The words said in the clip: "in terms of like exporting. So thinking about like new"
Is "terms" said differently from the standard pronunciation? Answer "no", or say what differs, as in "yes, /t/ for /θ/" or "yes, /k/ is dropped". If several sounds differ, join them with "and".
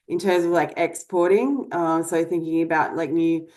no